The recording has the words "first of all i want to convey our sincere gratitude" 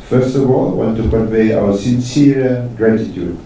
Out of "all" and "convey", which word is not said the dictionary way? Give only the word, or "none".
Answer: convey